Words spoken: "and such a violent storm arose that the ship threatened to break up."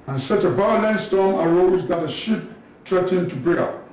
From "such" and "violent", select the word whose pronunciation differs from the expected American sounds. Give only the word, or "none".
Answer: none